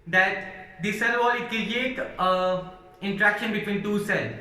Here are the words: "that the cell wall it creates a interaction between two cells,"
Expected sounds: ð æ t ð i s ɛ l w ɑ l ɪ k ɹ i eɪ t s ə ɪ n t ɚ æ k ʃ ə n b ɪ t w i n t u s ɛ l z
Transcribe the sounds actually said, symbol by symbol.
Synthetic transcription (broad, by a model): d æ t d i s ɛ l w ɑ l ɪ k ɹ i eɪ t ə ɪ n t ɚ æ k ʃ ə n b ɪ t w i n t u s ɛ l